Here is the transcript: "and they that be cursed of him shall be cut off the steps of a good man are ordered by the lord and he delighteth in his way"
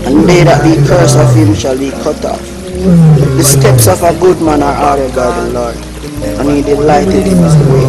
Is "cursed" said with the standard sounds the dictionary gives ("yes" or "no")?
no